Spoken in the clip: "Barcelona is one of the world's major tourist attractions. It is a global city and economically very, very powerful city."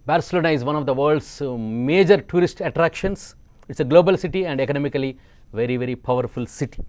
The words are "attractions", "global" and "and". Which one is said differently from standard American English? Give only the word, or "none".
attractions